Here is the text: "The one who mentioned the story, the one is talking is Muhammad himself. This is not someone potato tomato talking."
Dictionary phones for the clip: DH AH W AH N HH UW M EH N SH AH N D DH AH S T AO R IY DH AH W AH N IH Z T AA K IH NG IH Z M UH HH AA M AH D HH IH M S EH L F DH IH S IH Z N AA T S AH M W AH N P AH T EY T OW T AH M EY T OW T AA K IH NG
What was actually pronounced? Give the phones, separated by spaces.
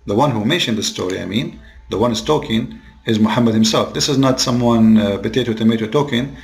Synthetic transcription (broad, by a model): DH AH W AH N HH UW M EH N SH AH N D DH AH S T AO R IY DH AH W AH N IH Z T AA K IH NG IH Z M UH HH AA M AH D HH IH M S EH L F DH IH S IH Z N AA T S AH M W AH N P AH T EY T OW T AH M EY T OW T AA K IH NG